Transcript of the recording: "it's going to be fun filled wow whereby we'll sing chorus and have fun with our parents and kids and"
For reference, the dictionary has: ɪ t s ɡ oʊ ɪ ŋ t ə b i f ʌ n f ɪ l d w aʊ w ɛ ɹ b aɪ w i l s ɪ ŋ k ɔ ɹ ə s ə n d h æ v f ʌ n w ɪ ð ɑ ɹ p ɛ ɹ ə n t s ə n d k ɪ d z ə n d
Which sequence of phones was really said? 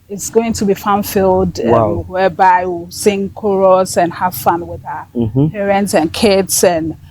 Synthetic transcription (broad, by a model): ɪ t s ɡ oʊ ɪ ŋ t ə b i f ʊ n f ɪ l d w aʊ w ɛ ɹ b aɪ w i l s ɪ ŋ k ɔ ɹ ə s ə n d h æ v f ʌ n w ɪ ð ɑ p ɛ ɹ ə n t s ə n k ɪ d s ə n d